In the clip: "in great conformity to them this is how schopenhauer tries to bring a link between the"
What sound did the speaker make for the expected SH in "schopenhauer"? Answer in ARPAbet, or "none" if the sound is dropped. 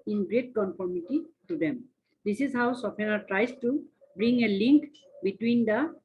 S